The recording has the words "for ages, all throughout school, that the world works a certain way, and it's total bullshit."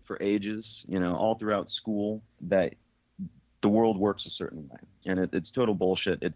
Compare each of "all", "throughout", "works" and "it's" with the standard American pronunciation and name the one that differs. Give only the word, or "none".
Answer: none